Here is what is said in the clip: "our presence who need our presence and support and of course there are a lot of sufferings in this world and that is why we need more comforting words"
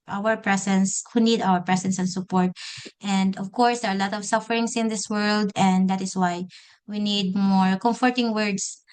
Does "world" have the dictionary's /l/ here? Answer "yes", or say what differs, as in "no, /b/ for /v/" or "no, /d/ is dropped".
yes